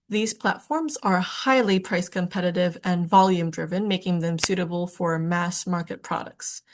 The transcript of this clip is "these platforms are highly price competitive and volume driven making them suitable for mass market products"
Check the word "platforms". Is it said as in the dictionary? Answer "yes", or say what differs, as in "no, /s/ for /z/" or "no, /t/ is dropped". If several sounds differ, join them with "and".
yes